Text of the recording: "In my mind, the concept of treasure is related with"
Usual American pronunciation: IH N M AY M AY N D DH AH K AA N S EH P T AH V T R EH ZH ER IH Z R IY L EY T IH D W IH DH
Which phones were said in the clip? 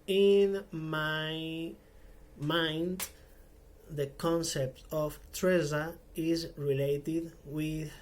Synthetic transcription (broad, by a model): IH N M AY M AY N D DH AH K AA N S EH P T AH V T R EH Z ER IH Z R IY L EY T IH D W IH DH